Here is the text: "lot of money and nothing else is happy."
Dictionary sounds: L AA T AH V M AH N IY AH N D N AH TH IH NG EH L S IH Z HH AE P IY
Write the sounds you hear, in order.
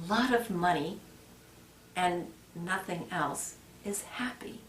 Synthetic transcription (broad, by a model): L AA T AH V M AH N IY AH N N AH TH IH NG EH L S IH Z HH AE P IY